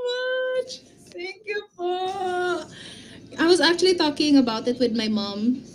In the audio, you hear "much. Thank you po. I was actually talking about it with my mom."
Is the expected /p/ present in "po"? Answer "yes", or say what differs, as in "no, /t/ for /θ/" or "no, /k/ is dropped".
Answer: no, /f/ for /p/